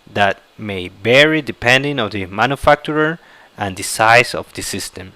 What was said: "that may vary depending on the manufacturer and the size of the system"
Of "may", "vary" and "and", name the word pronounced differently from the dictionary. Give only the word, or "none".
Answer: vary